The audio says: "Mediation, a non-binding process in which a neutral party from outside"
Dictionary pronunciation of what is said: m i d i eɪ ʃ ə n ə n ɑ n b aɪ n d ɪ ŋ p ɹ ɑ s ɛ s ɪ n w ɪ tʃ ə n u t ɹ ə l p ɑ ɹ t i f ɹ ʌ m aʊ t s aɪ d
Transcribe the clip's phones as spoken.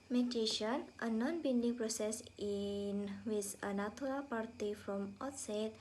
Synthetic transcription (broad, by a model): m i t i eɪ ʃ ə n ə n ɑ n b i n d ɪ ŋ p ɹ ɑ s ɛ s ɪ n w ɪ s ə n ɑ t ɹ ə p ɑ ɹ t i f ɹ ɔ m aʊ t s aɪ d